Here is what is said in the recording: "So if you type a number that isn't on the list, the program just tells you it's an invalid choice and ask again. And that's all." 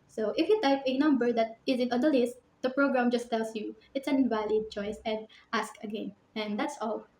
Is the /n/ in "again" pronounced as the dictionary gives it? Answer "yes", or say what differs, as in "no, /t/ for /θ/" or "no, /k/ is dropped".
yes